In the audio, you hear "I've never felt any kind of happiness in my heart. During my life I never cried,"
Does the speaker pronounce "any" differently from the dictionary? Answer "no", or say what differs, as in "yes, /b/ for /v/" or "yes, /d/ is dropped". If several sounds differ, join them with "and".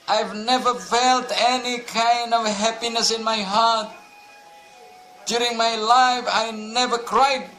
no